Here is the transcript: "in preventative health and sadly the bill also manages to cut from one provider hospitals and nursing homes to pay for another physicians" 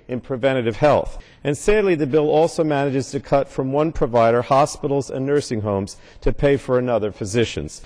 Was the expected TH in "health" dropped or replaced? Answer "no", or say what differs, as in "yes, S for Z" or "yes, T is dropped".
no